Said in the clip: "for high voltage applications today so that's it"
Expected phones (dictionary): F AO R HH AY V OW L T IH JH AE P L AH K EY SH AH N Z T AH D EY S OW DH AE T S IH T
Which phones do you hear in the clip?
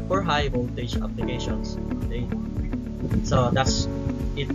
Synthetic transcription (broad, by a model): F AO R HH AY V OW N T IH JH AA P L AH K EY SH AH N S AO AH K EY S OW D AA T S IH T